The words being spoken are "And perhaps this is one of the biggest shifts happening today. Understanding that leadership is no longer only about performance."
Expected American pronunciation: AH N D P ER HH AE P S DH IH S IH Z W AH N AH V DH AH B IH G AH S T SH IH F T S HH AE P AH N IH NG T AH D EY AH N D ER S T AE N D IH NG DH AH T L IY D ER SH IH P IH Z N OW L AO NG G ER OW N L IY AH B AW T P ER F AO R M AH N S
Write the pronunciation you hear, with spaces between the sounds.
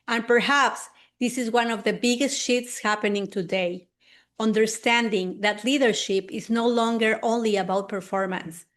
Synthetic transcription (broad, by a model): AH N P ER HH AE P S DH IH S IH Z W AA N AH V DH AH B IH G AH S T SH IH T S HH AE P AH N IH NG T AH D EY AH N D ER S T AE N D IH NG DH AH T L IY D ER SH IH P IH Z N OW L AO NG G ER OW N L IY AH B AW T P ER F AO R M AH N S